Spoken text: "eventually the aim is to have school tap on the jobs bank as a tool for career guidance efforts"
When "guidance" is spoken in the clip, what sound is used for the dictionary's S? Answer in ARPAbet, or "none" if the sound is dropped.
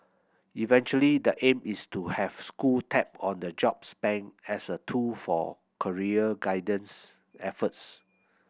S